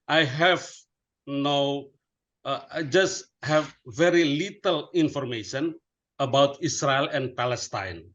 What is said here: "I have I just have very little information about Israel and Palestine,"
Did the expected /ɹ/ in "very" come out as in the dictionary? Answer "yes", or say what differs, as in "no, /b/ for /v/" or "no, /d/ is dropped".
yes